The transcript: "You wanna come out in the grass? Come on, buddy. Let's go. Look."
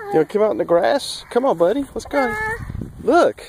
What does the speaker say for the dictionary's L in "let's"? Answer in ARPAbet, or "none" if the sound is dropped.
W